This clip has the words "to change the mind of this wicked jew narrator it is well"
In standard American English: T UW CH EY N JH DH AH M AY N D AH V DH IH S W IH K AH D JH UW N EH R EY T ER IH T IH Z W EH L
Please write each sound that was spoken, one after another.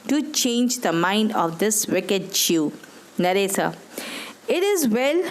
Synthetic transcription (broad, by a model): T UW CH EY N JH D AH M AY N D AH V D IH S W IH K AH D CH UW N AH R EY S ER IH T IH Z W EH L